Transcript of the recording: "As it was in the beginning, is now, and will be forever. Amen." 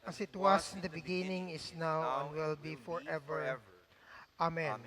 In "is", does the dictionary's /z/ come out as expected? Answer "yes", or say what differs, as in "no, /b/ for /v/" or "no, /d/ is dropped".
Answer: no, /s/ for /z/